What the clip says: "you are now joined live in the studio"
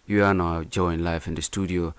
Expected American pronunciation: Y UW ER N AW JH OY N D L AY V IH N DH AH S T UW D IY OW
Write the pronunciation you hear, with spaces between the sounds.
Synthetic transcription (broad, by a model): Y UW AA N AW JH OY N L AY F IH N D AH S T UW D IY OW